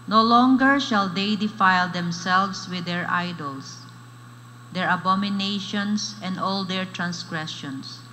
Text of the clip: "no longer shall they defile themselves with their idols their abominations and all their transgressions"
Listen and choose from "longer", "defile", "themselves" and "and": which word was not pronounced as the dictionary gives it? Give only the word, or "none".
themselves